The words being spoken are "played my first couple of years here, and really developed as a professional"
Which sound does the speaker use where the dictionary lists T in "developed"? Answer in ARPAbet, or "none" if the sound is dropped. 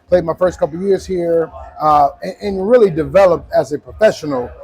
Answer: T